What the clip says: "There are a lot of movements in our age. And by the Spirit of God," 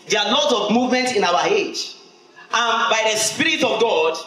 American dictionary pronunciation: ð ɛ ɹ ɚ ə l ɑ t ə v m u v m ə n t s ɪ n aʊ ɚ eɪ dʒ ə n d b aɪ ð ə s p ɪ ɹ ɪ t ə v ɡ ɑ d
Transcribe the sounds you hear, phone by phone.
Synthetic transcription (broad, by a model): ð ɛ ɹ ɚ ə l ɑ t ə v m u v m ə n t s ɪ n aʊ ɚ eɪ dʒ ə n b aɪ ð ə s p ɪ ɹ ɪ t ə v ɡ ɑ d